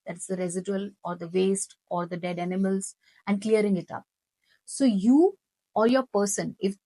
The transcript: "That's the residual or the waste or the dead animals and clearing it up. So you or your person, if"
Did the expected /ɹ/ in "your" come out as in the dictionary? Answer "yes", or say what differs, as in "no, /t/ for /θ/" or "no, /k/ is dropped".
yes